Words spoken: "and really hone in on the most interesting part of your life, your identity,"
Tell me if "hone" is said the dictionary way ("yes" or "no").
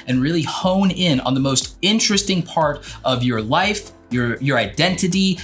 yes